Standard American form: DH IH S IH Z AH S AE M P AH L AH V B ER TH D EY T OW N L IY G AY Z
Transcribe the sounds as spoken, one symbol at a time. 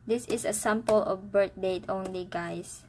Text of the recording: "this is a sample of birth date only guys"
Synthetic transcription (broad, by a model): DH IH S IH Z AH S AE M P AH L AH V B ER T D EY T OW N L IY G AY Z